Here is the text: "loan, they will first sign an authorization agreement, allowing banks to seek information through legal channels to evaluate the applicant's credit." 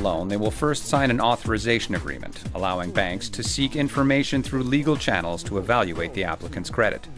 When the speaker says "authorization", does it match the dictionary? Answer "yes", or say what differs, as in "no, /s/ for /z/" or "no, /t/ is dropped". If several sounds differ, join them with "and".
yes